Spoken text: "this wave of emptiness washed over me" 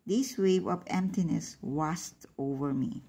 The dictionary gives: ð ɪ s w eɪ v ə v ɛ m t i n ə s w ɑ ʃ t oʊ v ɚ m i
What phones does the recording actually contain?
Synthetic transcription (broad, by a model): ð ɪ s w eɪ v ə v ɛ m t i n ə s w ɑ s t oʊ v ɚ m i